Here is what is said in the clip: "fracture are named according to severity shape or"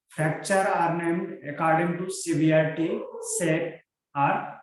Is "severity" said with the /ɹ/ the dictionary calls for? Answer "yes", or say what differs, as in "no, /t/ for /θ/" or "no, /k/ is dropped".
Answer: no, /ɹ/ is dropped